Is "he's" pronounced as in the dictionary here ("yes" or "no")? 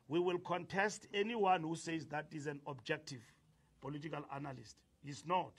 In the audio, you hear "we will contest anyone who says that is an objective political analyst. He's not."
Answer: no